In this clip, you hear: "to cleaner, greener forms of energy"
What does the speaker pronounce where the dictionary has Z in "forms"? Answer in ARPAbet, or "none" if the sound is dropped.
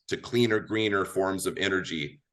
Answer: Z